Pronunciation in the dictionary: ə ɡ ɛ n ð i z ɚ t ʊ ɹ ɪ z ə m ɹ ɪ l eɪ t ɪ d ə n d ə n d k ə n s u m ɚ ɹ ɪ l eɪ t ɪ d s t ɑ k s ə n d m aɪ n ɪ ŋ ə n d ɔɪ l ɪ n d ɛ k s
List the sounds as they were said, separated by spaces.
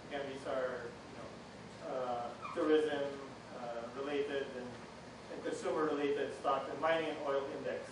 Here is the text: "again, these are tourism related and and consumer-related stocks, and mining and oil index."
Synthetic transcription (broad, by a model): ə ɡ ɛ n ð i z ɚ t ʊ ɹ ɪ z ə m ɹ ɪ l eɪ t ɪ d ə n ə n k ə n s u m ɚ ɹ ɪ l eɪ t ɪ d s t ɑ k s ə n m aɪ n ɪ ŋ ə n ɔɪ l ɪ n d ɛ k s